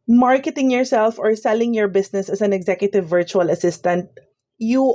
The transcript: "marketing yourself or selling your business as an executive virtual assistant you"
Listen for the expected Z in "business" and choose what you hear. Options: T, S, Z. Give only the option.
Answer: S